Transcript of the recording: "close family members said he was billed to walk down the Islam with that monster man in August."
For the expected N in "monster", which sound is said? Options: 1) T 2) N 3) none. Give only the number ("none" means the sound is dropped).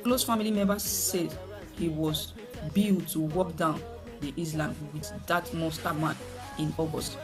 3